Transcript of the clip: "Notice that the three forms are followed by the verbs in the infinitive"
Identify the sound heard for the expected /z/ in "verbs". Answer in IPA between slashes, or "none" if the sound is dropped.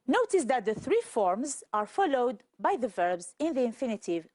/z/